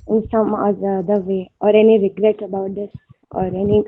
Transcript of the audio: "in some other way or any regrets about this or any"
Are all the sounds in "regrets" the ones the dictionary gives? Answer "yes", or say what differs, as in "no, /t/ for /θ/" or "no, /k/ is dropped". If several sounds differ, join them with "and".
no, /s/ is dropped